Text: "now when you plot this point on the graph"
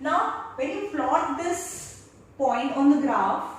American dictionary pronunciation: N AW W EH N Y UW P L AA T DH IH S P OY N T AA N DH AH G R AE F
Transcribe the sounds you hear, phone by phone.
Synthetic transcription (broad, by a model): N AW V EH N Y UW F L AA T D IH S P OY N T AA N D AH G R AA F